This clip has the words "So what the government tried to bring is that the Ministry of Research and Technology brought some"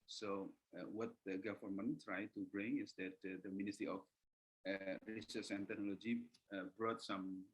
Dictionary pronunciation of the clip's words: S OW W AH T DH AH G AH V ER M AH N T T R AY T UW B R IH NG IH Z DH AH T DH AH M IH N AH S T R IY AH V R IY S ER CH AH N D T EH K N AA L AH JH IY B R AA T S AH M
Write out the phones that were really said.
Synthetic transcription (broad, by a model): S OW W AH T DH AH G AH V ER M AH N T T R AY T UW B R IH NG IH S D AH T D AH M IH N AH S T R IY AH F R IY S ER S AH N T EH K N AA L AH JH IY B R AA T S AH M